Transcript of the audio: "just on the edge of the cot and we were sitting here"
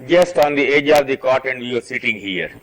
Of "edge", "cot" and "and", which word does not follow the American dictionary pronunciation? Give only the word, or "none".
none